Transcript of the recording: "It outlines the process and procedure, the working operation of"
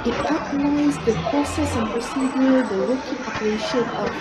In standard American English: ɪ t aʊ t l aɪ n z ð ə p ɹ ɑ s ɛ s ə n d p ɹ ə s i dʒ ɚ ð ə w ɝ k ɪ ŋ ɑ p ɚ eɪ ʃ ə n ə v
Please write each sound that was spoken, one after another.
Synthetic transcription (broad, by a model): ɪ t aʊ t n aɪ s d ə p ɹ ɑ s ɛ s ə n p ɹ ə s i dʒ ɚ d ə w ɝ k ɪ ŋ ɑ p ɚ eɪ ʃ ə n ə